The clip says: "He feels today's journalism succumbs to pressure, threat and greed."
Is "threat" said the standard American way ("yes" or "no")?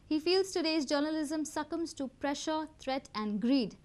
no